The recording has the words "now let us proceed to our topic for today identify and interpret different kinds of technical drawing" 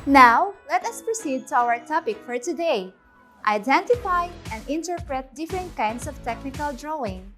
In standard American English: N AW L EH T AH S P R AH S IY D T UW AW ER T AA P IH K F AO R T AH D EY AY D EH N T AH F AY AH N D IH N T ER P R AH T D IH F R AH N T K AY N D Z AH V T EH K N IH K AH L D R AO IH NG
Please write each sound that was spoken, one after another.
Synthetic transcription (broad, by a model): N AW L EH T AH S P R AH S IY D T UW AW ER T AA P IH K F AO R T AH D EY AY D EH N T AH F AY AH N D IH N T ER P R AH T D IH F R AH N T K AY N D S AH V T EH K N IH K AH L D R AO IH NG